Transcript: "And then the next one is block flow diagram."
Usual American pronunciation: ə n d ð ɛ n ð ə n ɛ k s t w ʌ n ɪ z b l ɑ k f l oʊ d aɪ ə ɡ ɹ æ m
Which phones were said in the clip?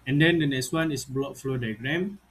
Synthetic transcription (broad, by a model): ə n d ɛ n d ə n ɛ k s t w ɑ n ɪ s b l ɑ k f l oʊ d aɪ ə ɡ ɹ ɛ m